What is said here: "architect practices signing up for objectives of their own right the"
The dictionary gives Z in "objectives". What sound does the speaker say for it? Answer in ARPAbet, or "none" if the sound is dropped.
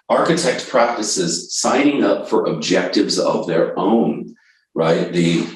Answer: Z